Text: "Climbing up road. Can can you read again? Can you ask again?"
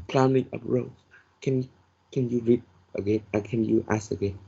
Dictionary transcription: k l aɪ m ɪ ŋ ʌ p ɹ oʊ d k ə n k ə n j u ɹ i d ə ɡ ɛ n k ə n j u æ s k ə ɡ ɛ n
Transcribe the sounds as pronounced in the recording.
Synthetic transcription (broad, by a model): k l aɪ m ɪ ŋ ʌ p ɹ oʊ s k ə n k ə n j u ɹ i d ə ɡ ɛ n k ə n j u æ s ə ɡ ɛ n